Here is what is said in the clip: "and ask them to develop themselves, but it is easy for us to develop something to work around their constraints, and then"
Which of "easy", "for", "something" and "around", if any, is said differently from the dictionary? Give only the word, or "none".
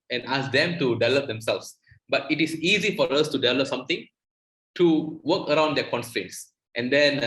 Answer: something